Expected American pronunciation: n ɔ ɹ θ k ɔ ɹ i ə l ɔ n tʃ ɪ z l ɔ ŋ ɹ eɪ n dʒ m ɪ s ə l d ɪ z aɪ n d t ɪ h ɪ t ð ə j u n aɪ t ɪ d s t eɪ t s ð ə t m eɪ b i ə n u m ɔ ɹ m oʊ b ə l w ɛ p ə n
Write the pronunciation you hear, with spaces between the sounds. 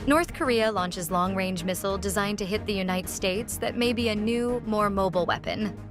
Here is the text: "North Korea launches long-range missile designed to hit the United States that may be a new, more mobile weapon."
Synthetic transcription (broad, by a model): n ɔ ɹ θ k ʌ ɹ i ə l ɔ n tʃ ɪ z l ɔ ŋ ɹ eɪ n dʒ m ɪ s l d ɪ z aɪ n t ɪ h ɪ t ð ə j u n aɪ t ɪ d s t eɪ t s ð ə t m eɪ b i ə n u m ɔ ɹ m oʊ b l w ɛ p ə n